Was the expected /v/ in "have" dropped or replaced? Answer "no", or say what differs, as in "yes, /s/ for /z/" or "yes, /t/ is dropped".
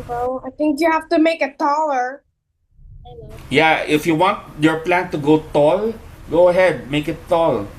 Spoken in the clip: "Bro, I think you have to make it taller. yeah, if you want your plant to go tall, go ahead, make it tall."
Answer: yes, /f/ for /v/